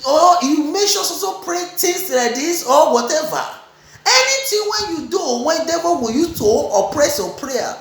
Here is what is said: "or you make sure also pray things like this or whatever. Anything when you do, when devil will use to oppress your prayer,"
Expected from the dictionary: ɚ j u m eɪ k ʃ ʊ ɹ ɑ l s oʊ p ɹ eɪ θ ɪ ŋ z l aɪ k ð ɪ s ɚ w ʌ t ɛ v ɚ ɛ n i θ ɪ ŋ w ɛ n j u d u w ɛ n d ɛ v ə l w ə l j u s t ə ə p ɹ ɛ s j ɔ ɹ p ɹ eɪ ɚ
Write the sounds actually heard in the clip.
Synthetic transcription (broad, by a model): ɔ j u m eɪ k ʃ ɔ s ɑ s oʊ p ɹ eɪ t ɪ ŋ s l aɪ k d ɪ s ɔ w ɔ t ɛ v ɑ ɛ n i t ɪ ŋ w ɛ n j u d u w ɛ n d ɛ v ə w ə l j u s t ə ə p ɹ ɛ s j ɔ p ɹ eɪ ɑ